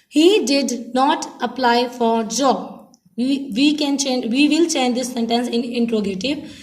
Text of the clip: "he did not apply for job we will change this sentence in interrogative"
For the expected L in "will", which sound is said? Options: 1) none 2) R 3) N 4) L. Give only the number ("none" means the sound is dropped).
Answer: 3